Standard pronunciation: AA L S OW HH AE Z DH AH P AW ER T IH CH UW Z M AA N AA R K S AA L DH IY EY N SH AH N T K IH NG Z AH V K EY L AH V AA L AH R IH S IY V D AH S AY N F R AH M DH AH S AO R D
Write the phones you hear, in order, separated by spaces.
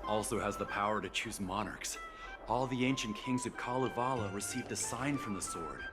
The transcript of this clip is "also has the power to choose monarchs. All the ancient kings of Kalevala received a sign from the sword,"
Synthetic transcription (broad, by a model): AA L S OW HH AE Z DH AH P AW ER T IH CH UW Z M AA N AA R K S AA L DH IY EY N SH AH N K IH NG Z AH V K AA L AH V AA L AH R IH S IY V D AH S AY N F R AH M DH AH S AO R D